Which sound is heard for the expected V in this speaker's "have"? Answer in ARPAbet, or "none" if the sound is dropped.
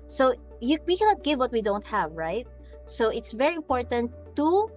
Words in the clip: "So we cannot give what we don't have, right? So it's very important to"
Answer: V